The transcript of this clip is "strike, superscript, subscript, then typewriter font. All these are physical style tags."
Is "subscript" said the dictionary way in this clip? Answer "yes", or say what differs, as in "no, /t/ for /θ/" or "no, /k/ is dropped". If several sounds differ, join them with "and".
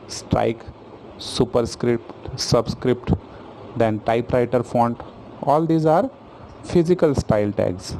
yes